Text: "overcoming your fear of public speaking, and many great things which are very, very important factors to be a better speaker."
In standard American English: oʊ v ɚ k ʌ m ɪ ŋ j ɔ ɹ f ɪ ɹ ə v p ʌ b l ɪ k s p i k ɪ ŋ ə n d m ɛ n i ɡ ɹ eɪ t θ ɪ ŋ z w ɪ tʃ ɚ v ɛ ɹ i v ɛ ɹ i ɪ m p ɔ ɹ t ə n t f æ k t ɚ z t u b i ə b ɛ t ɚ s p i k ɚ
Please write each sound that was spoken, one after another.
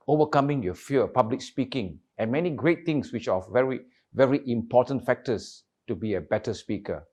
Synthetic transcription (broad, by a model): oʊ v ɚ k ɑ m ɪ ŋ j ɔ f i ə p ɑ b l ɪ k s p i k ɪ ŋ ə n m ɛ n i ɡ ɹ eɪ t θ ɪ ŋ s w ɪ tʃ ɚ v ɛ ɹ i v ɛ ɹ i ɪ m p ɔ t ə n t f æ k t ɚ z t u b i ə b ɛ t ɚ s p i k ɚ